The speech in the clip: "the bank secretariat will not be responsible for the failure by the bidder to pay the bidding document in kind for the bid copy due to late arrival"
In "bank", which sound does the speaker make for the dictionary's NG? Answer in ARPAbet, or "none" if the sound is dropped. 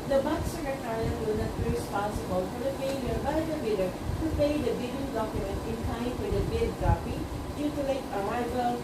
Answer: none